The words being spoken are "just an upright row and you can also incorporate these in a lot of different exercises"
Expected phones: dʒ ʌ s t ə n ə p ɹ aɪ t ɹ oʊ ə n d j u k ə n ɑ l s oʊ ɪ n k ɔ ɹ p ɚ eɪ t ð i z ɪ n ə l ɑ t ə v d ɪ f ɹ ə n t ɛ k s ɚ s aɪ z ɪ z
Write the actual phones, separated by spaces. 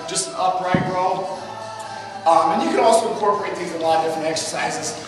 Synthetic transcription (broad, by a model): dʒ ʌ s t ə ə p ɹ aɪ t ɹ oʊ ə n j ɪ k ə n ɑ l s oʊ ɪ n k ɔ ɹ p ɚ eɪ t ð i z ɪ ə l ɑ t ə d ɪ f ɹ ə n t ɛ k s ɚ s aɪ z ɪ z